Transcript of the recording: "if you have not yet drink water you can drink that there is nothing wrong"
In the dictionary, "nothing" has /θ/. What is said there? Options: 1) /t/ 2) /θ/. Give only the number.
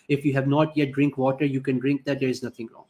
1